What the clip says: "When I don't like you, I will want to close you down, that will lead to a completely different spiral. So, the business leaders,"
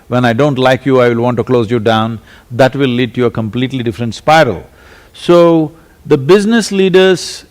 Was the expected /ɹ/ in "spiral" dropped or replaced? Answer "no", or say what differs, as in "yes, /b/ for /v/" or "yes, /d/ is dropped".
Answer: no